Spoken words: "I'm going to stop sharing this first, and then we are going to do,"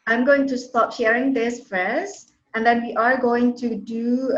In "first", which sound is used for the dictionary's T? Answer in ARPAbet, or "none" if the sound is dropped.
none